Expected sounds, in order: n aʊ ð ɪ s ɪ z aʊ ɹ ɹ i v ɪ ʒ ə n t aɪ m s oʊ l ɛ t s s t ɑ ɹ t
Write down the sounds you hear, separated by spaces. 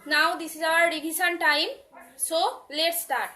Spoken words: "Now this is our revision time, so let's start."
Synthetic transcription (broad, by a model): n aʊ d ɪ s ɪ z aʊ ɹ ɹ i b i s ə n t aɪ m s oʊ l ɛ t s s t ɑ ɹ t